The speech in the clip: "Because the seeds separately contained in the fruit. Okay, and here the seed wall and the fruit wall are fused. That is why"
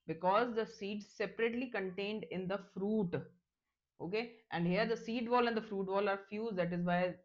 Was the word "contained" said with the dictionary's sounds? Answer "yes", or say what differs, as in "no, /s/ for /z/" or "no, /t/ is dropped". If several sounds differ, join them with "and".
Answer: yes